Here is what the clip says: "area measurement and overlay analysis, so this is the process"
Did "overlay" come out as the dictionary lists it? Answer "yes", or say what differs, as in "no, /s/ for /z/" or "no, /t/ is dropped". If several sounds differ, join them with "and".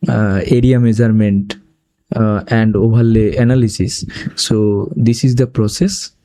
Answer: no, /b/ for /v/